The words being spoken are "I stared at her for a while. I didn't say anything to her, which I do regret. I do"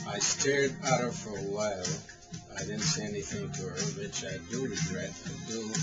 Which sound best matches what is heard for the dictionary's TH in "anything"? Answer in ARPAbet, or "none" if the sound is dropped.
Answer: TH